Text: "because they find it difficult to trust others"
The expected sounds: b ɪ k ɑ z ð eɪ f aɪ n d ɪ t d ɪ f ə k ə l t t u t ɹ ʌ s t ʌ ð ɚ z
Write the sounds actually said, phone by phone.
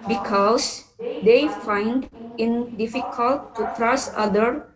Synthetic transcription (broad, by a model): b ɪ k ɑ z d eɪ f aɪ n d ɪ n d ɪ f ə k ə l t t u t ɹ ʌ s ʌ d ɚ